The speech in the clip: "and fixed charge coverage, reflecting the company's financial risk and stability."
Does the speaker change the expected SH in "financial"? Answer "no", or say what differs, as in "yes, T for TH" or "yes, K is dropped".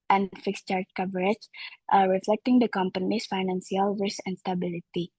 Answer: yes, S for SH